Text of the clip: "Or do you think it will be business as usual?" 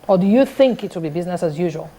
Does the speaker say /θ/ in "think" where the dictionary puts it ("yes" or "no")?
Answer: yes